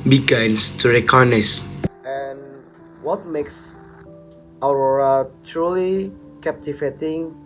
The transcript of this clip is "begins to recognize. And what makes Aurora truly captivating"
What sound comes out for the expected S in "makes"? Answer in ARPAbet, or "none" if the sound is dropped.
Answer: S